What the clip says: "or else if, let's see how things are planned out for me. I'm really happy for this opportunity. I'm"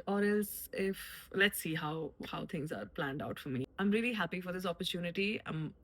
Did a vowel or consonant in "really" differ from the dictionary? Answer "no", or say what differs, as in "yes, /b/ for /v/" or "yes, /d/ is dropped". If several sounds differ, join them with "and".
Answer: no